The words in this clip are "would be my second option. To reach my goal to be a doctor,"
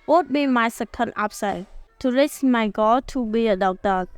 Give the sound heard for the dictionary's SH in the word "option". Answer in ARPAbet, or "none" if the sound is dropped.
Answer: S